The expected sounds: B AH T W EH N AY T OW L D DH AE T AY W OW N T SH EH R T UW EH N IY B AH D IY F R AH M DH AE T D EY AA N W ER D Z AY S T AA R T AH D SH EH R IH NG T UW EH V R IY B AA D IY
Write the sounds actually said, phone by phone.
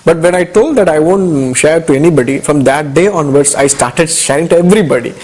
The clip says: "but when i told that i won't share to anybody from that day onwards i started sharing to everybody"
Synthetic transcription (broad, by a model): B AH T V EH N AY T OW L D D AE T AY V OW N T SH EH R T UW EH N IY B AH D IY F R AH M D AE T D EY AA N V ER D S AY S T AA R T AH D SH EH R IH NG T UW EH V R IY B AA D IY